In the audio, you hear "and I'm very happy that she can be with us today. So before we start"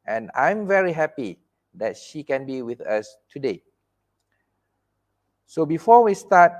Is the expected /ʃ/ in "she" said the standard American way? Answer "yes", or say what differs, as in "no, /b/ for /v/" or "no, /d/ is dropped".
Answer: yes